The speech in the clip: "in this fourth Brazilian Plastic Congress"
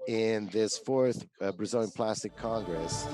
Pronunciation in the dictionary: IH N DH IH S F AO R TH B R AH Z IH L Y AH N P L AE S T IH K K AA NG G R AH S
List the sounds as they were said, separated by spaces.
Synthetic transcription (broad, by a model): IH N DH IH S F AO R TH B R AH Z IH L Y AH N P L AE S T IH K K AA NG G R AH S